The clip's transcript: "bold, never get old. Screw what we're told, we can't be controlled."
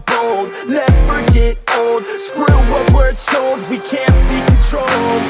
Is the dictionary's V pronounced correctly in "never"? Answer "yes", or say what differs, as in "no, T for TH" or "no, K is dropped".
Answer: no, F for V